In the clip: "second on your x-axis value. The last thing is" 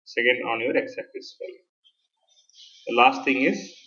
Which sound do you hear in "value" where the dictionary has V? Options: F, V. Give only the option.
F